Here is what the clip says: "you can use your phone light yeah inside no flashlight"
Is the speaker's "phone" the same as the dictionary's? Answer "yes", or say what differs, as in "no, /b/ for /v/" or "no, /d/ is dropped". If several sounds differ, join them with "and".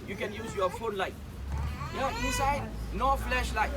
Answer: yes